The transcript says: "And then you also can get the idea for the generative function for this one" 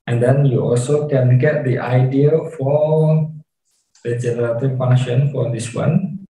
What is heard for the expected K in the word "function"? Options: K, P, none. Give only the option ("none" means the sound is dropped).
none